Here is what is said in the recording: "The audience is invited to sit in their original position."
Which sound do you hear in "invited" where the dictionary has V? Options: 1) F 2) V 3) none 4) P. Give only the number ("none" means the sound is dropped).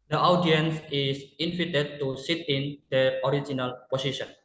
1